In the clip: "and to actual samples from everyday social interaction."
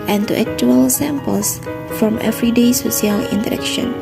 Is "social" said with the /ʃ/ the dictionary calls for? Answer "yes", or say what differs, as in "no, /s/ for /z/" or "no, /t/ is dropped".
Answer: no, /s/ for /ʃ/